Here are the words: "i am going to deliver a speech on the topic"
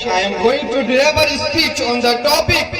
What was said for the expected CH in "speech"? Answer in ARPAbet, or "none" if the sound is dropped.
CH